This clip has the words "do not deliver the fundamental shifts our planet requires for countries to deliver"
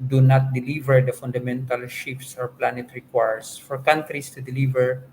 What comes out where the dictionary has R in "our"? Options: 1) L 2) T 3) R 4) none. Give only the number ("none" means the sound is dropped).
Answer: 3